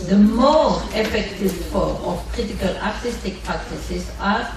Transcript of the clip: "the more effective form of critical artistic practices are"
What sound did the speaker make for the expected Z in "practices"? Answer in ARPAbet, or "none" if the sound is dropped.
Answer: S